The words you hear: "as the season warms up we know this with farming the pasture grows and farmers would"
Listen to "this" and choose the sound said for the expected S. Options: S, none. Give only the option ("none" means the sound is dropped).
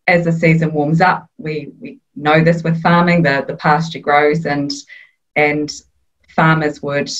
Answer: S